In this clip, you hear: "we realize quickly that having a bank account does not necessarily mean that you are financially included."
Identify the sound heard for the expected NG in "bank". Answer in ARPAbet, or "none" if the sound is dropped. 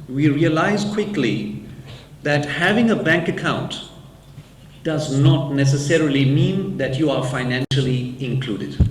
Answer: NG